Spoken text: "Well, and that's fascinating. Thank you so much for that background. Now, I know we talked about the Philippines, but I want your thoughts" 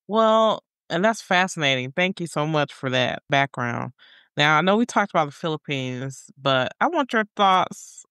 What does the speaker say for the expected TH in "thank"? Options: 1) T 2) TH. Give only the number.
2